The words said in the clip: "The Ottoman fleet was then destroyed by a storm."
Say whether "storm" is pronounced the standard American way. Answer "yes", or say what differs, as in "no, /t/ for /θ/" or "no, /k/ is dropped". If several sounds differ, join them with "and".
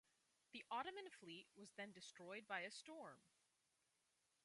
yes